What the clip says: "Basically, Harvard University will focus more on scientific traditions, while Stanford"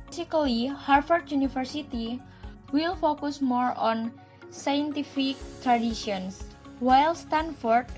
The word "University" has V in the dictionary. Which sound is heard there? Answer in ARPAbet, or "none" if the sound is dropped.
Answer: F